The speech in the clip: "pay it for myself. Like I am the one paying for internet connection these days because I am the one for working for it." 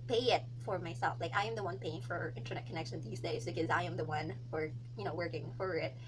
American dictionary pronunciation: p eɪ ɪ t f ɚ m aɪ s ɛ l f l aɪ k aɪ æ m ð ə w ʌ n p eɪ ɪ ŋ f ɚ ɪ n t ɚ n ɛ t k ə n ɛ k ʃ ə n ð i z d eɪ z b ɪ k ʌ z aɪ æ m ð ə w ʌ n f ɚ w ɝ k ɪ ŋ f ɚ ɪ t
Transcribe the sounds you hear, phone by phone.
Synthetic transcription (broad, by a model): p eɪ ɪ t f ɚ m aɪ s ɛ l f l aɪ k aɪ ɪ m ð ə w ʌ n p eɪ ɪ ŋ f ɚ ɪ n t ɚ n ɛ t k ə n ɛ k ʃ ə n ð i z d eɪ z b ɪ k ʌ z aɪ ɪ m ð ə w ʌ n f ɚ w ɝ k ɪ ŋ f ɚ ɪ t